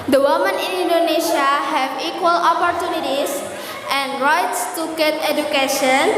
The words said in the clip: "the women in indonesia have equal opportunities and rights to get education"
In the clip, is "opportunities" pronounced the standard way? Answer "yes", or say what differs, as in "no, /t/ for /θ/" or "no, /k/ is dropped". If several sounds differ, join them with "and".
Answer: no, /s/ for /z/